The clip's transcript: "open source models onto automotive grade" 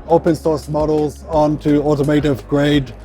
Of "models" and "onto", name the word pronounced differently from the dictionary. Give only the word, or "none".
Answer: none